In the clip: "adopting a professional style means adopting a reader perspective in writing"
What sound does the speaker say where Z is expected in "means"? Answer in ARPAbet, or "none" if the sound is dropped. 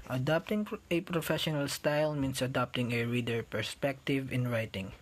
S